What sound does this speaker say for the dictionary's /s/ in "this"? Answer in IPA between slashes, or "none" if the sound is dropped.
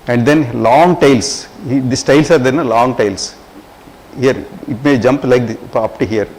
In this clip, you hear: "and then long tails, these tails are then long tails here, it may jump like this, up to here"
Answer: none